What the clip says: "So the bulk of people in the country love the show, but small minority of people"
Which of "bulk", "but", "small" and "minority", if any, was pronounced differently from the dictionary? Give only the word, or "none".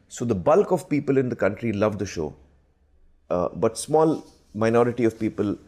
none